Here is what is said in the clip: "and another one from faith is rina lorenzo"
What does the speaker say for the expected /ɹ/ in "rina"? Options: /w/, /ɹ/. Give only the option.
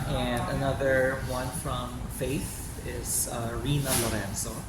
/ɹ/